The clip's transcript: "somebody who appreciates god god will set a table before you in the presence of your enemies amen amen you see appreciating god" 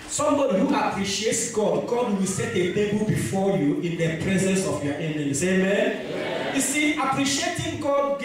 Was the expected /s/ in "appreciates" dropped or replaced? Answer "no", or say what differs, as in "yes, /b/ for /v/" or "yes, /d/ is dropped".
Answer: no